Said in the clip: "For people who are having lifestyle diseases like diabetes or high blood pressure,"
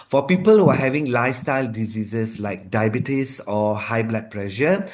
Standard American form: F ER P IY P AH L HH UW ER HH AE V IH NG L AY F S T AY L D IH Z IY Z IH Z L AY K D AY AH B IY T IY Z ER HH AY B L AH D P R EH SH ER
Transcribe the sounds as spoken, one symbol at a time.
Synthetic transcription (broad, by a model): F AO P IY P AH L HH UW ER HH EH V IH NG L AY F S T AY L D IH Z IY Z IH S L AY K D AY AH B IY T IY S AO HH AY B L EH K P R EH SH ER